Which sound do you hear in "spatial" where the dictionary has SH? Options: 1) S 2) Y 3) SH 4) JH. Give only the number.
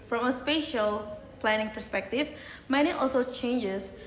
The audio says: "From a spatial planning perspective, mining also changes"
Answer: 3